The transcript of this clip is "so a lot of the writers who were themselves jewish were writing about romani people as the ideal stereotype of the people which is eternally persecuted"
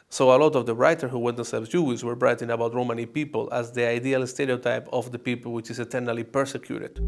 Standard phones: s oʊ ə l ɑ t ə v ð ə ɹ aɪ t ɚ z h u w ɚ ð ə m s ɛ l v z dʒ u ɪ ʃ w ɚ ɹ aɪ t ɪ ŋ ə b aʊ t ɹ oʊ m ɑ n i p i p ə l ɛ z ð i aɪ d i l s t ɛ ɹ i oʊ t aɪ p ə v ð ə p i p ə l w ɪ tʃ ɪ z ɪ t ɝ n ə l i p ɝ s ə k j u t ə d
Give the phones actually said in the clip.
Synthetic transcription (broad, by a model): s oʊ ə l ɑ t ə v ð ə ɹ aɪ t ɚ h u w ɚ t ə s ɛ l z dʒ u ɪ s w ɚ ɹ aɪ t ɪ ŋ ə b aʊ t ɹ oʊ m ɑ n i p i p ə l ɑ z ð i aɪ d i l s t ɛ ɹ i oʊ t aɪ p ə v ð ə p i p ə l w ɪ tʃ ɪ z ɪ t ɝ n ə l i p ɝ s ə k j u t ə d